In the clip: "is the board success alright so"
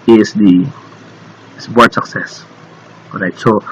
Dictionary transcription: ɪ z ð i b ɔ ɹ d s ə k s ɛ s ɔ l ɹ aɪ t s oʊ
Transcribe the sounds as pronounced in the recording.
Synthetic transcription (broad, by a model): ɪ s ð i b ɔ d s ə k s ɛ s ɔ ɹ aɪ t s oʊ